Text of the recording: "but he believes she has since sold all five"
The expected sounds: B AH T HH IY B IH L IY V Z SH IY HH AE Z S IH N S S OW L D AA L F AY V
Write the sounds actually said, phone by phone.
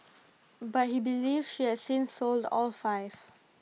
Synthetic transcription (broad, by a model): B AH T HH IY B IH L IY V SH IY HH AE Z S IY N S S OW L D AA L F AY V